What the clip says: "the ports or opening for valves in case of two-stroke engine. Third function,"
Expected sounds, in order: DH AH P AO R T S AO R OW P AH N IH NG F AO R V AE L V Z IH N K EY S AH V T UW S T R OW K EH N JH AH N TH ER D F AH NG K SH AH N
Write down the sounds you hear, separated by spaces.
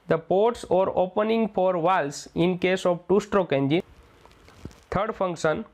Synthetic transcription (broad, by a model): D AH P AO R T S AO R OW P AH N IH NG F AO R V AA L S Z IH N K EY S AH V T UW S T R OW K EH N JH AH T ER D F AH NG K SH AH N